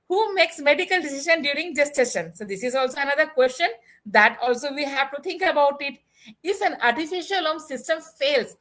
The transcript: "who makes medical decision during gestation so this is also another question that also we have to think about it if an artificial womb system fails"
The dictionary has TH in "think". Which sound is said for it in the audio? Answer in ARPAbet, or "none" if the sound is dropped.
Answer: T